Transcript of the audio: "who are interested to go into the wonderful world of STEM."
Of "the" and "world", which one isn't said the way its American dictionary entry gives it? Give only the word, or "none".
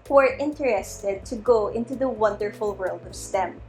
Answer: none